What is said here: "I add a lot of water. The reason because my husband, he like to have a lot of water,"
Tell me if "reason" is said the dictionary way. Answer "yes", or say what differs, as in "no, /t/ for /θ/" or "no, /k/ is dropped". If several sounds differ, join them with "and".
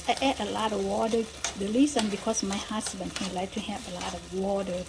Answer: no, /l/ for /ɹ/ and /s/ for /z/